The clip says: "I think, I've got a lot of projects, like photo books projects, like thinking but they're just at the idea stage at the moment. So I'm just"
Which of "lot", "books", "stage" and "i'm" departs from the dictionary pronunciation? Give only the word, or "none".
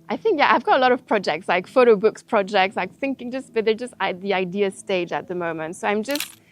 none